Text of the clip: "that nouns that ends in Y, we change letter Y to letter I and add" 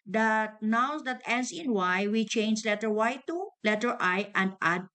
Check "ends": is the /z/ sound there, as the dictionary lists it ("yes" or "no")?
no